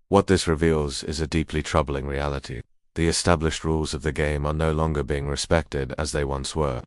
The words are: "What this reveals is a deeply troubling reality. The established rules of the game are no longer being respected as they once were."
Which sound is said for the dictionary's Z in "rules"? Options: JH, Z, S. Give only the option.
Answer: Z